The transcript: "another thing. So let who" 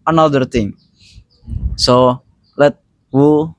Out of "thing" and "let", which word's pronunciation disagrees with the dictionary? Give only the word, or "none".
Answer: thing